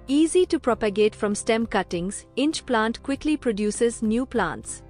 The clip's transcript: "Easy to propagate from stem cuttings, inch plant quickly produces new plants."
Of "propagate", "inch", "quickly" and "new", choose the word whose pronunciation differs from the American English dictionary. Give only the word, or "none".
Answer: none